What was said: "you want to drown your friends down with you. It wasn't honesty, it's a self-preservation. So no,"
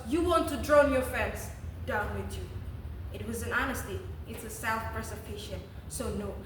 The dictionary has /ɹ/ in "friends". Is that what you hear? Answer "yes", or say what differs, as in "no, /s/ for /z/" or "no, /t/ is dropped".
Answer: no, /ɹ/ is dropped